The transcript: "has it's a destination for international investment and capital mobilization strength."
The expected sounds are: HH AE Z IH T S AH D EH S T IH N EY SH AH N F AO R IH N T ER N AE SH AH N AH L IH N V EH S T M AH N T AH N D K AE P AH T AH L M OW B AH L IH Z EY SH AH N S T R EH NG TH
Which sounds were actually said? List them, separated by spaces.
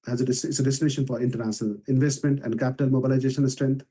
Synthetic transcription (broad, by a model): HH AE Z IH S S AH D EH S T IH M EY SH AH N F AO R IH N T ER N AE SH AH N AH L IH N V EH S T M AH N T AH N D K AE P AH T AH L M OW B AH L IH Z EY SH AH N S T R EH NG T